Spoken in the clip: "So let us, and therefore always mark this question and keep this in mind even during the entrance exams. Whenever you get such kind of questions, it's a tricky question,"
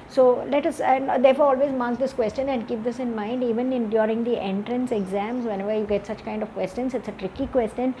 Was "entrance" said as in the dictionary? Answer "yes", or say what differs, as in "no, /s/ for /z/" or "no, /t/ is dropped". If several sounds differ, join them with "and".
yes